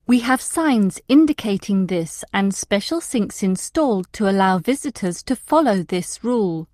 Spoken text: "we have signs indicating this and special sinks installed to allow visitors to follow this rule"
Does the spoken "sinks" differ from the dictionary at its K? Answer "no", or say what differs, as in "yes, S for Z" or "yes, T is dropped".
no